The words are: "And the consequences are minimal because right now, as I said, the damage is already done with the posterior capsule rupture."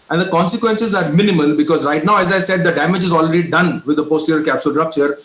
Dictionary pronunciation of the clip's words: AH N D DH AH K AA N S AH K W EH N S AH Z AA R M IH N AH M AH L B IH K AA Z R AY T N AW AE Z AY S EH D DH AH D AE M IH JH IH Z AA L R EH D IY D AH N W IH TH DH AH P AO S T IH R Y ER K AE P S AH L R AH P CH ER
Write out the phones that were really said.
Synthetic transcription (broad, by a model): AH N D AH K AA N S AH K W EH N S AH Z AA R M IH N AH M AH L B IH K AA Z R AY T N AW AE Z AY S EH D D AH D AE M IH JH IH Z AA L R EH D IY D AH N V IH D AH P AO S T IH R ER K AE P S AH L R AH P CH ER